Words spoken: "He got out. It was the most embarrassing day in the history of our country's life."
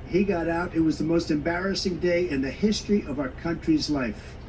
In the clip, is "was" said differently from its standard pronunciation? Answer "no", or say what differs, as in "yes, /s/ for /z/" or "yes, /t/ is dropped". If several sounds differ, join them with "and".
no